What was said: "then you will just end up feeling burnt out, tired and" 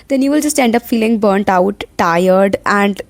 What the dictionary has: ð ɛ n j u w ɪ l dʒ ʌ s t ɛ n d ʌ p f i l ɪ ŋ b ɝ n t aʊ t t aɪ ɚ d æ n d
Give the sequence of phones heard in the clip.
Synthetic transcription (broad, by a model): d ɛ n j u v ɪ l dʒ ʌ s t ɛ n d ʌ p f i l ɪ ŋ b ɝ n t aʊ t t aɪ ɚ d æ n d